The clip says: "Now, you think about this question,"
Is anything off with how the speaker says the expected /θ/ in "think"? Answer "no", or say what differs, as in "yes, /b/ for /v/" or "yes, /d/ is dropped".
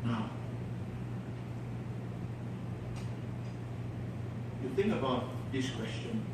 no